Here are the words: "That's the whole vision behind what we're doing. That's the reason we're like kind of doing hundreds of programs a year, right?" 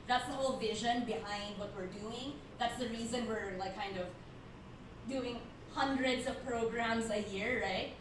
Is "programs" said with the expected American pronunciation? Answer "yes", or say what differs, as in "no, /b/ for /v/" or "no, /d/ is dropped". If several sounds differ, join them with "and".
yes